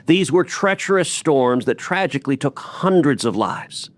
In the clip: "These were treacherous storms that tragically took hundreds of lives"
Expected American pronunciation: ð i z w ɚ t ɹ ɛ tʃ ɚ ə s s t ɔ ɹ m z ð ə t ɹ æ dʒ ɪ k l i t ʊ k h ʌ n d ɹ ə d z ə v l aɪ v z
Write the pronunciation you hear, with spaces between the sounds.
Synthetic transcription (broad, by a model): ð i z w ɚ t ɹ ɛ tʃ ɚ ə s s t ɔ ɹ m z ð ə t ɹ æ dʒ ɪ k l i t ʊ k h ʌ n d ɹ ə d z ə v l aɪ v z